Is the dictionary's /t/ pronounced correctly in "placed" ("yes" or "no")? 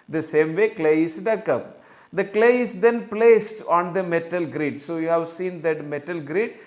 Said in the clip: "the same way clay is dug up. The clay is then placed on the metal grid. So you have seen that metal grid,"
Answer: yes